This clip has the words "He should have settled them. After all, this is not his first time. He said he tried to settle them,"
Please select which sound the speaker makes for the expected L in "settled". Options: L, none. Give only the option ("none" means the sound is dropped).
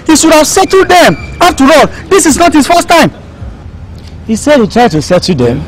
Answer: none